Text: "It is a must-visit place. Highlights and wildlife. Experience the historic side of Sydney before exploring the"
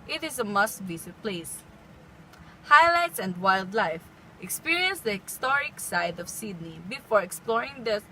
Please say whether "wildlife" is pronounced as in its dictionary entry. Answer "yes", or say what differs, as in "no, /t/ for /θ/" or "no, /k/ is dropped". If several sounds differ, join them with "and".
yes